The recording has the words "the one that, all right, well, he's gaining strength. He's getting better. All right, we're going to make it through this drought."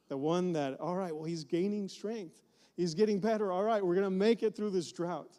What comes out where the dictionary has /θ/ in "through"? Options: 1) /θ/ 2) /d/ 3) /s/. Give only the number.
1